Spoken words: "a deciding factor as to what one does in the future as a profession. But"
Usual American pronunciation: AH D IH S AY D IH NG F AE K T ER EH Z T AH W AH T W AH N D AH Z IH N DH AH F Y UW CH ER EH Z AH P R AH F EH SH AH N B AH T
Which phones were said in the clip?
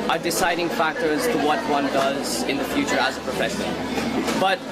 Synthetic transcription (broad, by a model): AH D IH S AY D IH NG F AE K T ER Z T AH W AH T W AH N D AH Z IH N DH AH F Y UW CH ER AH Z AH P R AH F EH S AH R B AH T